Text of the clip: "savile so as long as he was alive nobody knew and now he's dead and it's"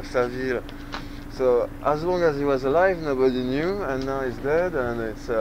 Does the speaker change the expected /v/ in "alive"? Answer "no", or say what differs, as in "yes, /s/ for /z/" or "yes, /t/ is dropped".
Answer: no